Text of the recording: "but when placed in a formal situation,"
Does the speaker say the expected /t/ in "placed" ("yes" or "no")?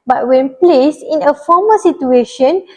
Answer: no